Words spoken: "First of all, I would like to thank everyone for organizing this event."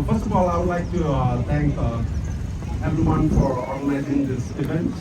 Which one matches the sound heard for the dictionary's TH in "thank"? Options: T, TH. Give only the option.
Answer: T